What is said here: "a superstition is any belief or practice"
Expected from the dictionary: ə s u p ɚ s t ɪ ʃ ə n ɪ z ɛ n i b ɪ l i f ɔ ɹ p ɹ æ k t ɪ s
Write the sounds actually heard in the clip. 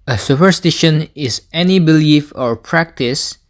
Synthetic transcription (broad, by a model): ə s u p ɚ s t ɪ ʃ ə n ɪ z ɛ n i b ɪ l i f ɔ ɹ p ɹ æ k t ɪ s